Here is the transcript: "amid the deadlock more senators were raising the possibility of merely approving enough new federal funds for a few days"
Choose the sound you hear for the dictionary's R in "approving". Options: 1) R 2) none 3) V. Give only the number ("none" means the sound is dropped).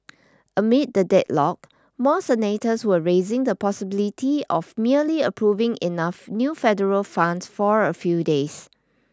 1